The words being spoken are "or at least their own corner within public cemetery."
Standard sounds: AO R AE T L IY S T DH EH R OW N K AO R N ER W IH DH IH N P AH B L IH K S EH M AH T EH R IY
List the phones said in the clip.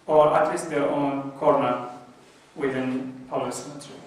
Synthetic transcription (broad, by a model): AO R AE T L IY S T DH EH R OW N K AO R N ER W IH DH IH N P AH L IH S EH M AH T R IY